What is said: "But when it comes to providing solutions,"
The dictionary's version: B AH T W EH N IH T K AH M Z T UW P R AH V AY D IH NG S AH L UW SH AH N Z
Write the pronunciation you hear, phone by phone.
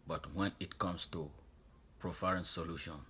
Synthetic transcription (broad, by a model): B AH T W EH N IH T K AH M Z T UW P R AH F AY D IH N S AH L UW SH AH N